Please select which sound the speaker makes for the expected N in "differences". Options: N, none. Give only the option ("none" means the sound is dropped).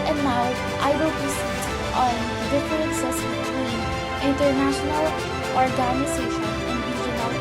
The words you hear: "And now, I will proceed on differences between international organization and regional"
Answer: none